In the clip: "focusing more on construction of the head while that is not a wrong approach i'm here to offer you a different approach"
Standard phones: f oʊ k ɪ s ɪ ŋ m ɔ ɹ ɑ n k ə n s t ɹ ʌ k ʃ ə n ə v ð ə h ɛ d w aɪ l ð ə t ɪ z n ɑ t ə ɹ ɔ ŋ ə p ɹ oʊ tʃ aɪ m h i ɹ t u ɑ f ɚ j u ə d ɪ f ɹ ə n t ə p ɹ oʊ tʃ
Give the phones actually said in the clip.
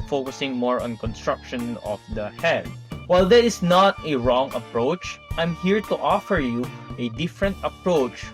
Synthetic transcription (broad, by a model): f oʊ k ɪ s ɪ ŋ m ɔ ɹ ɑ n k ə n s t ɹ ʌ k ʃ ə n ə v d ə h ɛ d w aɪ l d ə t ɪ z n ɑ t ə ɹ ɔ ŋ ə p ɹ oʊ tʃ aɪ m h i ɹ t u ɑ f ɚ j u ə d ɪ f ɹ ə n t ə p ɹ oʊ tʃ